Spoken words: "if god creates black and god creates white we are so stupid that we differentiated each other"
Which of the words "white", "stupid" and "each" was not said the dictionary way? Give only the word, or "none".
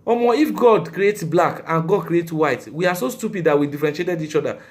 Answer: none